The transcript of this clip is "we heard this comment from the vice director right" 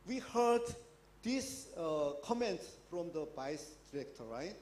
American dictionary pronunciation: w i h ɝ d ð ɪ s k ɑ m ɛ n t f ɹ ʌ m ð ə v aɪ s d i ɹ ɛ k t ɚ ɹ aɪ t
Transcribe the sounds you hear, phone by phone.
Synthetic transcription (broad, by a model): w i h ɝ d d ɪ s k ɑ m ɛ n t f ɹ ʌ m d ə b aɪ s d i ɹ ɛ k t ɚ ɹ aɪ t